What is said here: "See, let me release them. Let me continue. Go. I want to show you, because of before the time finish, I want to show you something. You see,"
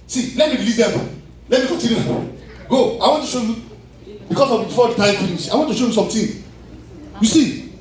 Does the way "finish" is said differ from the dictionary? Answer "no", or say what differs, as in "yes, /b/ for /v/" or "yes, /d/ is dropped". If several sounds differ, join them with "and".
yes, /s/ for /ʃ/